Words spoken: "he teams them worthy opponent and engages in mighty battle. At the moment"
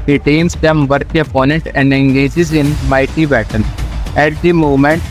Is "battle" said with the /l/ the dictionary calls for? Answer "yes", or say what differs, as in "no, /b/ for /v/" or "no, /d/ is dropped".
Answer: no, /n/ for /l/